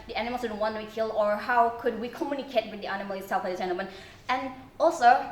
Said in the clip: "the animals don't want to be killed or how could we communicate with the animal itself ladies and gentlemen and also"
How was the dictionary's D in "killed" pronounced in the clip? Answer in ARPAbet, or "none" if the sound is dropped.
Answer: none